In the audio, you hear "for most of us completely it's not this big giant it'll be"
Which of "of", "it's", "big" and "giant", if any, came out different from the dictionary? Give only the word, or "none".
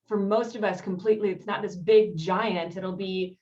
none